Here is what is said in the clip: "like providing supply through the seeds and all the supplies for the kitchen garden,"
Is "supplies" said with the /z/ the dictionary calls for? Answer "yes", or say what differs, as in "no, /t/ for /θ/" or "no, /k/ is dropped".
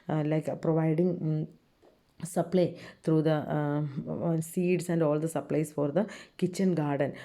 no, /s/ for /z/